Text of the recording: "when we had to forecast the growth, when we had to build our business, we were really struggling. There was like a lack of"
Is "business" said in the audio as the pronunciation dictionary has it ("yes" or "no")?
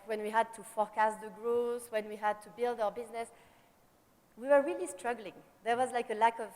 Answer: yes